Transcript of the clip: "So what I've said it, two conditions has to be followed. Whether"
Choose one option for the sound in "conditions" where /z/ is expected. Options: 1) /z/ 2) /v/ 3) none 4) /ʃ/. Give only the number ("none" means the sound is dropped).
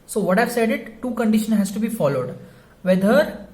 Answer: 3